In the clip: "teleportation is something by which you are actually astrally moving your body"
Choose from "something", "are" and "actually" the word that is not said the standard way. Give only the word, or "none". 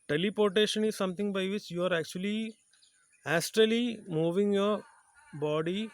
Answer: something